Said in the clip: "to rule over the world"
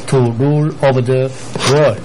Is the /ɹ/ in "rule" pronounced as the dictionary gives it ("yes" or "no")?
yes